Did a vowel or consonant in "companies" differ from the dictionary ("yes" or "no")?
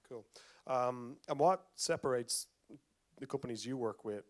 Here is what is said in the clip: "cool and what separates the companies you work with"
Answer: no